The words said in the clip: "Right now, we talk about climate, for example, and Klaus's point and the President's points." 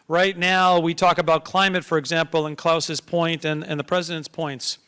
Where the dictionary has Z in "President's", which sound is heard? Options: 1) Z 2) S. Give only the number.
1